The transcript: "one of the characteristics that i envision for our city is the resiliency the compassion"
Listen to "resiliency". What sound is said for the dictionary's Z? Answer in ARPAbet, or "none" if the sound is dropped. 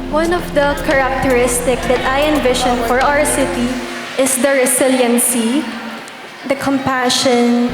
S